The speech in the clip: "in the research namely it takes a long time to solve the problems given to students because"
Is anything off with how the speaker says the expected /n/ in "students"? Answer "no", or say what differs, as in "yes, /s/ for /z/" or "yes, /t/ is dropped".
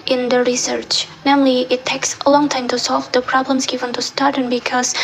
yes, /n/ is dropped